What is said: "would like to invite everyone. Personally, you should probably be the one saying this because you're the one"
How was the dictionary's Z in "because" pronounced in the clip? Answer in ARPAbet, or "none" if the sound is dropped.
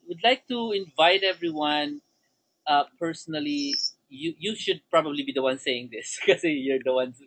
none